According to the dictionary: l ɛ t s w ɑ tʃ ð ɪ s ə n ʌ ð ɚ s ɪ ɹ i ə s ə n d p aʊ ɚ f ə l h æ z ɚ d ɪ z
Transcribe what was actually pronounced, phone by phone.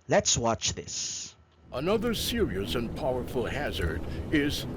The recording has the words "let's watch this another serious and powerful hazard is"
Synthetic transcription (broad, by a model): l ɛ t s w ɑ tʃ ð ɪ s ə n ʌ ð ɚ s ɪ ɹ i ə s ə n p aʊ ɚ f ə l h æ z ɚ d ɪ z